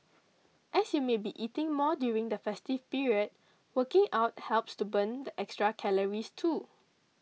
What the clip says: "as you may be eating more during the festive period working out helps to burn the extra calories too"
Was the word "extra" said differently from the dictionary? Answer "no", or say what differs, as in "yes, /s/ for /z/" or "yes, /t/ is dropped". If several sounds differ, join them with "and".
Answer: no